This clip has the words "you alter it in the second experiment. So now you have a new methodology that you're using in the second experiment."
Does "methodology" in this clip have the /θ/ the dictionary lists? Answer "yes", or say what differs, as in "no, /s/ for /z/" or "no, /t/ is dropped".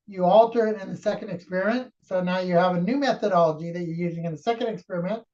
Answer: yes